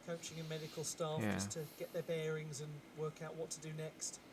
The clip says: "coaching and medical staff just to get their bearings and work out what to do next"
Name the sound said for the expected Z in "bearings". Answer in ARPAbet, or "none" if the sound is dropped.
Z